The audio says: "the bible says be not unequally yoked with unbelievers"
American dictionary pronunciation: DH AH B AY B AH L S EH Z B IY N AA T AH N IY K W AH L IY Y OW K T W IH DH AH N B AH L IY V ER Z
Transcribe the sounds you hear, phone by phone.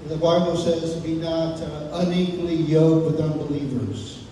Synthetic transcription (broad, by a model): DH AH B AY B L S EH Z B IY N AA T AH N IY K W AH L IY Y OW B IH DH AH N B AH L IY V ER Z